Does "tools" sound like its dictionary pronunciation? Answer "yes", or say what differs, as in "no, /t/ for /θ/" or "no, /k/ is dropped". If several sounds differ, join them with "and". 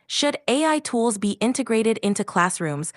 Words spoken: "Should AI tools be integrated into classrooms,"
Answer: yes